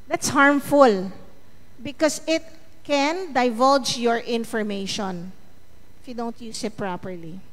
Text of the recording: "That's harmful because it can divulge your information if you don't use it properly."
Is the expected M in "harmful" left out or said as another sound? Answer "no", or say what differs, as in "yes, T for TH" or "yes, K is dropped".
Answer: no